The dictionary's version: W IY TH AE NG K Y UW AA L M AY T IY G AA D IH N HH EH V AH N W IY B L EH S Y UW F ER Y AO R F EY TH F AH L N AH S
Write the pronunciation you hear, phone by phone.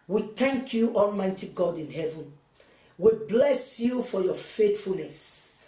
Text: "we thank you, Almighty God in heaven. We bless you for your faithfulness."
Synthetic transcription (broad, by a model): W IY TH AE NG K Y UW AA L M AY T IY G AA D IH N HH EH V AH N W IY B L EH S Y UW F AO Y AO F EY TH F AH L N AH S